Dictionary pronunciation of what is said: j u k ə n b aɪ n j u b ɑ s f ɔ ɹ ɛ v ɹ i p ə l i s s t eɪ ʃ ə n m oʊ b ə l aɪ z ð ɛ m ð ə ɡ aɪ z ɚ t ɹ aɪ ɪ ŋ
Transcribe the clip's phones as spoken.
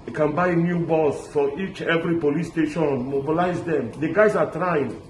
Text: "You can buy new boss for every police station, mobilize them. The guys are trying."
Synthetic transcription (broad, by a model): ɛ k ə n b aɪ n j u b ɑ s f ɔ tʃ ɛ v ɹ i p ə l i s s t eɪ ʃ ə n m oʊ b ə l aɪ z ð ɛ m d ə ɡ aɪ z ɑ t ɹ aɪ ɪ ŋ